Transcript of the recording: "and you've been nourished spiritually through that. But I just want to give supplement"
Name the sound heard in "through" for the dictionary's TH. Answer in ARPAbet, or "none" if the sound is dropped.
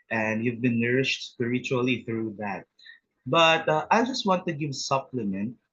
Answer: TH